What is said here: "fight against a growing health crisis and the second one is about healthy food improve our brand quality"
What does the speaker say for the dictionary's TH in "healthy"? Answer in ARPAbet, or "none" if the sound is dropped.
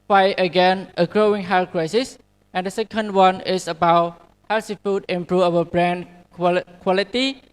S